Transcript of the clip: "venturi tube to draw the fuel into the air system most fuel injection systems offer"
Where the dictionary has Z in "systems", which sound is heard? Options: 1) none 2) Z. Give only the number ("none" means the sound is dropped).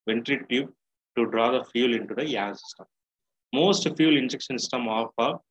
1